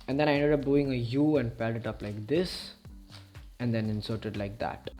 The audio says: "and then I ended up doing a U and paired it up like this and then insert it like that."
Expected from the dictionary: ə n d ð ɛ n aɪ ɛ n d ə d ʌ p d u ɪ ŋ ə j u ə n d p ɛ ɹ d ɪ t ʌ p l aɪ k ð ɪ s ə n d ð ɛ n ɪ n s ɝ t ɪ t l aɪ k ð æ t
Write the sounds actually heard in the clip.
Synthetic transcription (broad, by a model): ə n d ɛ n aɪ ɛ n d ə d ʌ p d u ɪ ŋ ə j u ə n d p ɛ l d ɪ t ʌ p l aɪ k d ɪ s ə n d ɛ n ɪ n s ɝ t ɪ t l aɪ k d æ t